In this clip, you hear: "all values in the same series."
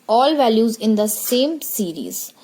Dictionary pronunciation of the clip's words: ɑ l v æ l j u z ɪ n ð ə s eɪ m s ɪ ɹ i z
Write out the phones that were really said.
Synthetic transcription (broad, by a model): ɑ l v æ l j u z ɪ n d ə s eɪ m s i ɹ i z